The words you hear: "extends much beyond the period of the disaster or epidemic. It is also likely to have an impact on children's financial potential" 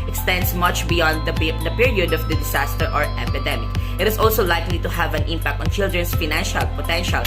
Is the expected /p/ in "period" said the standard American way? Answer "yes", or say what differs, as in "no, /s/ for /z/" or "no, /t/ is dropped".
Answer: yes